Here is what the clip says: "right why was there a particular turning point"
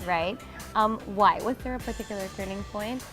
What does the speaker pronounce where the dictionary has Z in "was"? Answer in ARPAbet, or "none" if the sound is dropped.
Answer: Z